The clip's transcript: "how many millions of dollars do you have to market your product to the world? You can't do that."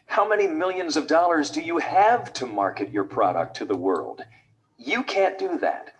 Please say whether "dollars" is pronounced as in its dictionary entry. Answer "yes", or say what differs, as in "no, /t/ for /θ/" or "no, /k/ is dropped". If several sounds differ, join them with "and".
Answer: yes